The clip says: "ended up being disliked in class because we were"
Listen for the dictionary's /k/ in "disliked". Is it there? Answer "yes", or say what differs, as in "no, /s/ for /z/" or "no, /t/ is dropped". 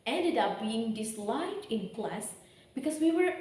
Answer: no, /k/ is dropped